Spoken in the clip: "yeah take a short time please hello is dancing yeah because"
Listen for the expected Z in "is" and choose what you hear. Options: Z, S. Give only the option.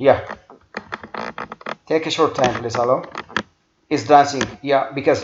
S